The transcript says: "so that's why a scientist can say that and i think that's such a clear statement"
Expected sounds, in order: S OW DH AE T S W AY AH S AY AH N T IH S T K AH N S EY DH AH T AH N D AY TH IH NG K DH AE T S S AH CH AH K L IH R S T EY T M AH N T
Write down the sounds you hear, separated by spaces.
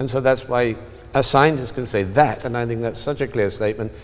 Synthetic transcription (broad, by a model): S OW DH AE T S W AY AH S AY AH N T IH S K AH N S EY DH AH T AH N AY TH IH NG K DH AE T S S AH CH AH K L IH R S T EY T M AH N T